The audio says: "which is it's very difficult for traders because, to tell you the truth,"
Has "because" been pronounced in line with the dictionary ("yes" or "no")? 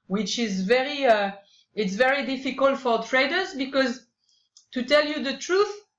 yes